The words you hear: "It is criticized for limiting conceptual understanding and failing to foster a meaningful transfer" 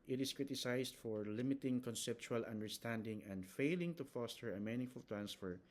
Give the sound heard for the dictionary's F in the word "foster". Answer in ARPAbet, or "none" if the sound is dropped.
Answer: F